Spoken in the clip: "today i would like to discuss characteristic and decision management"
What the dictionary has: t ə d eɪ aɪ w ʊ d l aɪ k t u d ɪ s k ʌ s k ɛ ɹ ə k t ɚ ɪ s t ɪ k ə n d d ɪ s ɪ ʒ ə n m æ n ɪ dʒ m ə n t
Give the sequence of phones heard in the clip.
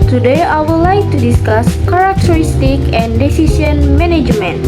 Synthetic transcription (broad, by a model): t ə d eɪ aɪ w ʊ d l aɪ k t u d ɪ s k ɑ s k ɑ ɹ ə k t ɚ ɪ s t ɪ k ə n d d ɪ s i s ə n m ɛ n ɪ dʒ m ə n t